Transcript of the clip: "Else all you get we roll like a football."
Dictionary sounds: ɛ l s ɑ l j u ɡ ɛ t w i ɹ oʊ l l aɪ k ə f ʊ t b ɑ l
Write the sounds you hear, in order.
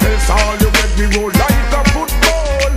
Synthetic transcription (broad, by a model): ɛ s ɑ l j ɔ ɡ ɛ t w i w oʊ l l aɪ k ə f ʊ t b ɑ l